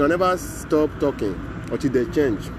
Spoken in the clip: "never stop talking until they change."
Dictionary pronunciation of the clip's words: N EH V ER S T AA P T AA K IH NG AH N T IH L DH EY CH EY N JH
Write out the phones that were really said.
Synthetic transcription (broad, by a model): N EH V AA S T AA P T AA K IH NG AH T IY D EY CH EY N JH